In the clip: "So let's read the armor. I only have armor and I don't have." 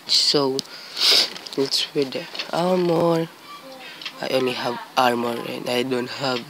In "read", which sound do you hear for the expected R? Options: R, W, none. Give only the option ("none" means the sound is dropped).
W